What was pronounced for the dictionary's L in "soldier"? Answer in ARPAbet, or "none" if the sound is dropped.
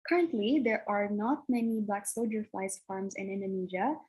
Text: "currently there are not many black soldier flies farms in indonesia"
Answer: none